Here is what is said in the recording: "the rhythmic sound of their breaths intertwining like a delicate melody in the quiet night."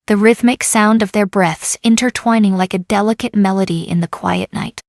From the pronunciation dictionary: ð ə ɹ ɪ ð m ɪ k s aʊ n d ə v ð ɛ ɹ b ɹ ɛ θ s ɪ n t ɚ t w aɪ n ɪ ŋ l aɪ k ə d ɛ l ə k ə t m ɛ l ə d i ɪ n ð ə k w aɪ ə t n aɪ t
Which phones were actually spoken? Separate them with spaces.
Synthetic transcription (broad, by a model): ð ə ɹ ɪ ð m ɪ k s aʊ n d ə v ð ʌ ɹ b ɹ ɛ θ s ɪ n t ɚ t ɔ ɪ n ɪ ŋ l aɪ k ə d ɛ l ə k ə t m ɛ l ə d i ɪ n ð ə k w aɪ ə t n aɪ t